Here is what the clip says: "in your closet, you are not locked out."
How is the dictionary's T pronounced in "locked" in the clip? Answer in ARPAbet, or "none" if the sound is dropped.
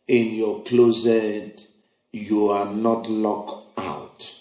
none